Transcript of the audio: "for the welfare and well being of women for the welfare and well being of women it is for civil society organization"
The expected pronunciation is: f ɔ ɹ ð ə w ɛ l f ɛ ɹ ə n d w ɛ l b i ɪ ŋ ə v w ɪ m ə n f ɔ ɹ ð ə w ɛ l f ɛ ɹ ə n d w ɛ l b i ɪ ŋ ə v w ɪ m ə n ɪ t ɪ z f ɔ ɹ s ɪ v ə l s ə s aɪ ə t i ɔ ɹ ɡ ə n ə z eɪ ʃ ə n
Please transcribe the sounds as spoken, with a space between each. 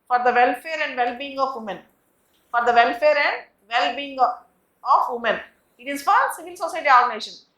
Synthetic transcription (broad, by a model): f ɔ ɹ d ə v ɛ l f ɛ ɹ ə n d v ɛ l b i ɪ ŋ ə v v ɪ m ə n f ɔ ɹ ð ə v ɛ l f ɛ ɹ ə n d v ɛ l b i ɪ ŋ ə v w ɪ m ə n ɪ t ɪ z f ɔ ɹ s ɪ v ə l s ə s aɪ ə t i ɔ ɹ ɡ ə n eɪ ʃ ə n